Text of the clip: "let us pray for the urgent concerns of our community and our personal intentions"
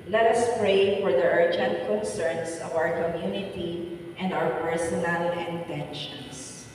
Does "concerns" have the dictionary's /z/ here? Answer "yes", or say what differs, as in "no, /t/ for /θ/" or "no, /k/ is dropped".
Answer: no, /s/ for /z/